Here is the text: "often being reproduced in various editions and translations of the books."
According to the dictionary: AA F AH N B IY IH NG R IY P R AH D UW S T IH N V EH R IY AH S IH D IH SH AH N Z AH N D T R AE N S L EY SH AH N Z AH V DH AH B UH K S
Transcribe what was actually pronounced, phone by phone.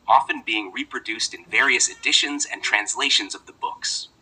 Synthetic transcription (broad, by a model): AA F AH N B IY IH NG R IY P R AH D UW S T IH N V EH R IY AH S IH D IH SH AH N Z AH N T R AE N S L EY SH AH N Z AH V DH AH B UH K S